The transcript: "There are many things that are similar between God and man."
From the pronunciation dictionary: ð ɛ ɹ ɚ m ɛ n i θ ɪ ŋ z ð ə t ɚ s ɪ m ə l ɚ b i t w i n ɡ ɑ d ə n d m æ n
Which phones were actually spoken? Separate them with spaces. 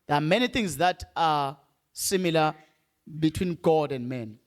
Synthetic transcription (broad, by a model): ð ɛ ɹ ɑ m ɛ n i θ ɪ ŋ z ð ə t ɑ s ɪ m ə l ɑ b i t w i n ɡ ɑ d ə n d m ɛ n